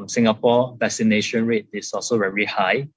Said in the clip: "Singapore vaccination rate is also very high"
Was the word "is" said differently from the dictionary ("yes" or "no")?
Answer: yes